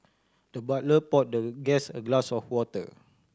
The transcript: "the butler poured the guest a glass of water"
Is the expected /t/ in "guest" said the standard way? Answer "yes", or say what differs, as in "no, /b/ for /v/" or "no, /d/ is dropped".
no, /t/ is dropped